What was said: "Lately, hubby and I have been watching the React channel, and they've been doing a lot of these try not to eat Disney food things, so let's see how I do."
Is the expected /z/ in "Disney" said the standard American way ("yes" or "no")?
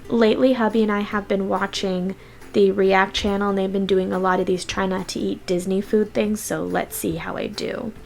yes